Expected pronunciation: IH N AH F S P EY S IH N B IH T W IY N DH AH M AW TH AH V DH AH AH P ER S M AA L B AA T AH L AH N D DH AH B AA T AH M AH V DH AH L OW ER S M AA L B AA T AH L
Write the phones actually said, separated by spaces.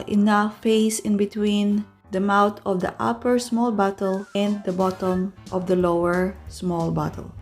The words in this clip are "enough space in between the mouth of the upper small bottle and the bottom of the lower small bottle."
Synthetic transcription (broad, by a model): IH N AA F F EY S IH N B IH T W IY N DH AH M AW T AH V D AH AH P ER S M AA L B AA T AH L AH N D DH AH B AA T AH M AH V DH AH L OW ER S M AA L B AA T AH L